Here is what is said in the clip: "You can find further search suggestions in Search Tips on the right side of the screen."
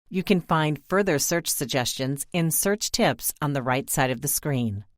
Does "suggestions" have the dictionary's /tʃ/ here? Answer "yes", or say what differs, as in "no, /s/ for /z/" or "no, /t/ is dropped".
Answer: yes